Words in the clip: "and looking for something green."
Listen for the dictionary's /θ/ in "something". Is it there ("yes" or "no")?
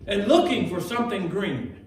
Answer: yes